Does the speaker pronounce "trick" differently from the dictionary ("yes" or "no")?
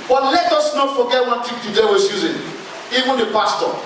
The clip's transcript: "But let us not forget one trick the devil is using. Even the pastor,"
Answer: yes